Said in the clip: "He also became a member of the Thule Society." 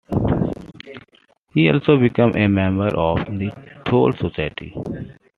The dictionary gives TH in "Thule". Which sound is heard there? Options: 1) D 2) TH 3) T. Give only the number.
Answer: 3